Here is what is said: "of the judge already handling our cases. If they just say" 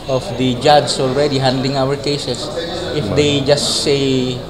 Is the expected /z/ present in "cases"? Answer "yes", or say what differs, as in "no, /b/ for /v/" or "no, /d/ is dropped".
no, /s/ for /z/